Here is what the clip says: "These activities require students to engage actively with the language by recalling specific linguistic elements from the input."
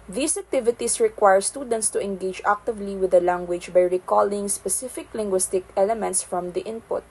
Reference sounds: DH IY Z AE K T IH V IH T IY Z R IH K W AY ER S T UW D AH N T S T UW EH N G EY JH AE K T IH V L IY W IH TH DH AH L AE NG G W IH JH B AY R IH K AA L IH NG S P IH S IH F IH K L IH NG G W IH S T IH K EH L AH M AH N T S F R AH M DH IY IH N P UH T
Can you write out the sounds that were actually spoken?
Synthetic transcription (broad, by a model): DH IY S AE K T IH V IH T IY S R IH K W AY ER S T UW D AH N T S T UW EH N G EY JH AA K T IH V L IY W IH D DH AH L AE NG G W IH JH B AY R IH K AA L IH NG S P IH S IH F IH K L IH NG G W IH S T IH K EH L AH M AH N T S F R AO M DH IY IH N P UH T